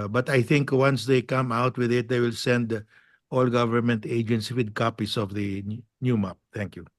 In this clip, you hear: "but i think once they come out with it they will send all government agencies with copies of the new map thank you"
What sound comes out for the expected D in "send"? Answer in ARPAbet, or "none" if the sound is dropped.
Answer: D